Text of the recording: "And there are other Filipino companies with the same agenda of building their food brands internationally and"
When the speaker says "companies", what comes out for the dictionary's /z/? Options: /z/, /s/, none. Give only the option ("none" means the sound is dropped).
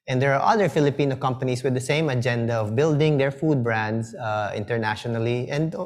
/s/